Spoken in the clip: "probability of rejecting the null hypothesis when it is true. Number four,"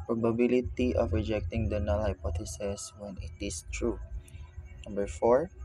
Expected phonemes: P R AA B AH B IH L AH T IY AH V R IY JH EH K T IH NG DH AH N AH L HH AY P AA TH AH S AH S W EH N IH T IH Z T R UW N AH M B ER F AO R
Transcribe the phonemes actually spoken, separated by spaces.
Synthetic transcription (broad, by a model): P R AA B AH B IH L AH T IY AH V R IY JH EH K T IH NG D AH N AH L HH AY P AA T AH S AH S W EH N IH T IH S T R UW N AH M B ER F AO R